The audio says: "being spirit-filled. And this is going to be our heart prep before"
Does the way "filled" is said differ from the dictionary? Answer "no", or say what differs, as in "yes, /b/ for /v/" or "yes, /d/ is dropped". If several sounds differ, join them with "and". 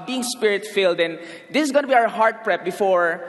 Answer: no